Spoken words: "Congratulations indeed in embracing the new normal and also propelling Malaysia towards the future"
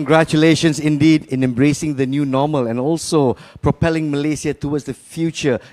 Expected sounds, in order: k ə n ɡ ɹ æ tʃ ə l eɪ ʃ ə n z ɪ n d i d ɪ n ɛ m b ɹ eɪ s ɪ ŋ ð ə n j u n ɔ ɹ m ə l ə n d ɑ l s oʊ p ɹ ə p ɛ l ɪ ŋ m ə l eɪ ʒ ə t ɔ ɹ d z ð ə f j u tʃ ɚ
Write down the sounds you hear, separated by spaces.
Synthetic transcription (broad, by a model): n ɡ ɹ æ tʃ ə l eɪ ʃ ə n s ɪ n d i d ɪ n ɛ m b ɹ eɪ s ɪ ŋ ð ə n j u n ɔ m ə l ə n ɑ l s oʊ p ɹ ə p ɛ l ɪ ŋ m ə l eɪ s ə t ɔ w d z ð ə f j u tʃ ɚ